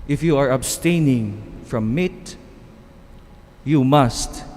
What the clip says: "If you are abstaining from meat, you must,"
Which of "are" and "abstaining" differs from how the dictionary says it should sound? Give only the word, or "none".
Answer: none